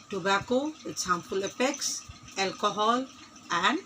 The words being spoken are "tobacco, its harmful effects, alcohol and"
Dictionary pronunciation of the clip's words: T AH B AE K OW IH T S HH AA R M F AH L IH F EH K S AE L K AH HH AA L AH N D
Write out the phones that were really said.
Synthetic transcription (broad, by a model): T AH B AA K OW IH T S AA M P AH L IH P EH K S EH L K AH HH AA L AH N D